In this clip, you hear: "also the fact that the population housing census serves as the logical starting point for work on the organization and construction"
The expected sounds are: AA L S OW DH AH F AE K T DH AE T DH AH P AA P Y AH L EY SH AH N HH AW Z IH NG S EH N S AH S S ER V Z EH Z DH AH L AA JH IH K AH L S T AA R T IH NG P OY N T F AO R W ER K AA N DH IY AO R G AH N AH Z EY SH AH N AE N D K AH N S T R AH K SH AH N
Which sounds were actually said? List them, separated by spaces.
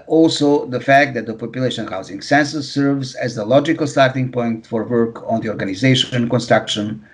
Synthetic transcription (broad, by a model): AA L S OW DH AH F AE K T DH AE T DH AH P AA P Y AH L EY SH AH N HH AW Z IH NG S EH N S AH S S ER V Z EH Z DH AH L AA JH IH K AH L S T AA R T IH NG P OY N T F AO R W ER K AA N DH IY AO R G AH N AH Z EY SH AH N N K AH N S T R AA K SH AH N